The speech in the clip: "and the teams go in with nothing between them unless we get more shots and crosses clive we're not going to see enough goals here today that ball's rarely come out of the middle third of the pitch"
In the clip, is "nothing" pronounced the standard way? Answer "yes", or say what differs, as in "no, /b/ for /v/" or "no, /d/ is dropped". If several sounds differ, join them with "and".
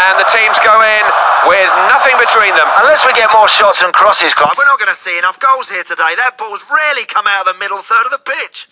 yes